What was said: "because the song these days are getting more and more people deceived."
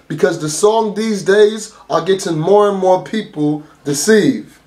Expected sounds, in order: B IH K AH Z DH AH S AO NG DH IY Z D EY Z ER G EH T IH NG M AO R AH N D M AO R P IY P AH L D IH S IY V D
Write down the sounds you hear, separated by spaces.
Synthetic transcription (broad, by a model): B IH K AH Z DH AH S AO NG DH IY Z D EY Z ER G EH T IH NG M AO R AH N M AO R P IY P L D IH S IY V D